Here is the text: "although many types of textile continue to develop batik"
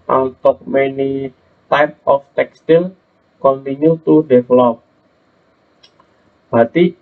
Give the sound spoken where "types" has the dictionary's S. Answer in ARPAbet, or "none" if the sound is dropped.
none